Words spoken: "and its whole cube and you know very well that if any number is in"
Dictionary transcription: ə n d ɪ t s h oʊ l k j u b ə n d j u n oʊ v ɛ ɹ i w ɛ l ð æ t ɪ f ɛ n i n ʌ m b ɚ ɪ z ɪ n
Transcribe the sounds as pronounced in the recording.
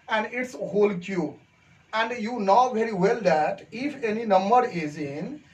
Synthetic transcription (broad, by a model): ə n d ɪ t s h oʊ l k j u ə n d j u n oʊ v ɛ ɹ i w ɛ l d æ t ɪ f ɛ n i n ʌ m b ɚ ɪ z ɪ n